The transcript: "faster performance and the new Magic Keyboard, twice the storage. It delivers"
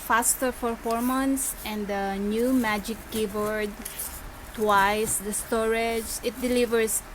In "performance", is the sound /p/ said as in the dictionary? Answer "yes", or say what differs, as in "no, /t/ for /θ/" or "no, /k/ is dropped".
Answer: no, /f/ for /p/